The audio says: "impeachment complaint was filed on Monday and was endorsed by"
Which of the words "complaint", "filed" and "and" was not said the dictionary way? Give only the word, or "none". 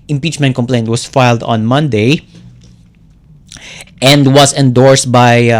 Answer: none